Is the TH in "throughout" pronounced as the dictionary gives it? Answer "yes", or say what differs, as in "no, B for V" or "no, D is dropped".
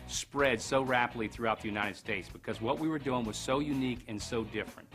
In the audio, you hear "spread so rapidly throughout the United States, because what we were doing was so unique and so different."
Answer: yes